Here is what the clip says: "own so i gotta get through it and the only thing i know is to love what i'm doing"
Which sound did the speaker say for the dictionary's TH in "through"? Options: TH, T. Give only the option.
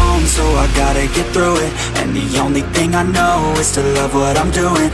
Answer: TH